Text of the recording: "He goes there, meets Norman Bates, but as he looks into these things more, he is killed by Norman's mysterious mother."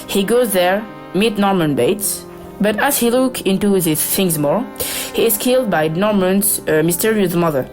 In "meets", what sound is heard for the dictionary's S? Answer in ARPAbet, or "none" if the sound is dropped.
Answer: none